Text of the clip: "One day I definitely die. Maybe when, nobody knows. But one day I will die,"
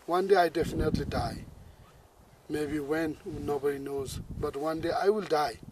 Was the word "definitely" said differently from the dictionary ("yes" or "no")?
no